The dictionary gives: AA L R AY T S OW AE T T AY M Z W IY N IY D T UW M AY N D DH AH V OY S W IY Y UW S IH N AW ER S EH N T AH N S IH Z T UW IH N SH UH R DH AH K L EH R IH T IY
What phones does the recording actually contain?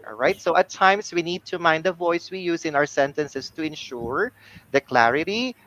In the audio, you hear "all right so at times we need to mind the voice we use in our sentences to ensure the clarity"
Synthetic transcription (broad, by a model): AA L R AY T S OW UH T T AY M S W IY N IY D T UW M AY N D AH V OY S W IY Y UW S IH N AW ER S EH N T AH N S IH S T UW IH N SH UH R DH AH K L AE R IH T IY